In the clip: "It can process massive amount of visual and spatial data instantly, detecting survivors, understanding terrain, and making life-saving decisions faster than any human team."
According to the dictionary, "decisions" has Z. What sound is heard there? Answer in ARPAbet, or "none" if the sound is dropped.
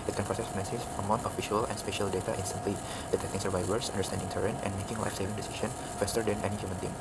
none